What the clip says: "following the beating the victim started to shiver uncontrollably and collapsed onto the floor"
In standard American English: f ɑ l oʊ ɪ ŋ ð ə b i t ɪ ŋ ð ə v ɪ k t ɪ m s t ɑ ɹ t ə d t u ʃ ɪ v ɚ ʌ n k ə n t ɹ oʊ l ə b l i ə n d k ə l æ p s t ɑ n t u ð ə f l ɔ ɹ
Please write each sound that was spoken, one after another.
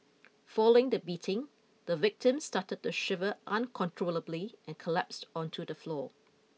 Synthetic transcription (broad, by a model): f ɑ l oʊ ɪ ŋ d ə b i t ɪ ŋ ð ə v ɪ k t ɪ m s t ɑ t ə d t u ʃ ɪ v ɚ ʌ n k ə n t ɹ oʊ l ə b l i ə n k ə l æ p s t ɑ n t u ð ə f l ɔ